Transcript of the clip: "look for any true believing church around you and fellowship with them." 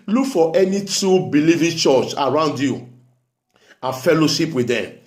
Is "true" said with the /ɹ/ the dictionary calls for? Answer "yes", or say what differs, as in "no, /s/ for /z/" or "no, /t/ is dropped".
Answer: no, /ɹ/ is dropped